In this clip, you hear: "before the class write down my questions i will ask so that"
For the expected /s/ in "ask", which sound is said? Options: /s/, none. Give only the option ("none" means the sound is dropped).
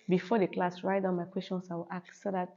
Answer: none